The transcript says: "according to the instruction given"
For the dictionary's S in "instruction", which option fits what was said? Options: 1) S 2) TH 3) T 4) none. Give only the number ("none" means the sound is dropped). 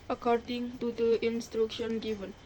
1